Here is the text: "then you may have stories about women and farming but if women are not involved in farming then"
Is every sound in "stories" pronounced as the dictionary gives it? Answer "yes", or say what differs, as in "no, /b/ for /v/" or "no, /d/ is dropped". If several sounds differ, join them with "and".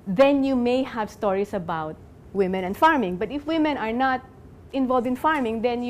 no, /s/ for /z/